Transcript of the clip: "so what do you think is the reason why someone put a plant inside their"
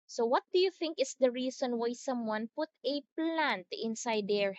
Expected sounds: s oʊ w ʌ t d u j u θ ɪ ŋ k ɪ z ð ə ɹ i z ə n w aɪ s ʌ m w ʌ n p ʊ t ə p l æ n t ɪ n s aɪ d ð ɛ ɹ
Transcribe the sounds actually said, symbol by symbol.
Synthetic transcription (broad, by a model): s oʊ w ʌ t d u j u θ ɪ ŋ k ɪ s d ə ɹ i s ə n w aɪ s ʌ m w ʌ n p ʊ t ə p l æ n t ɪ n s aɪ d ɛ ɹ